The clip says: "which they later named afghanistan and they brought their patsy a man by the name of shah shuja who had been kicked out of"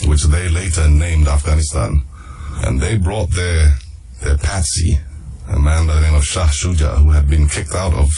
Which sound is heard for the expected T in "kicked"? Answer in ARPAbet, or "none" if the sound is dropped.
T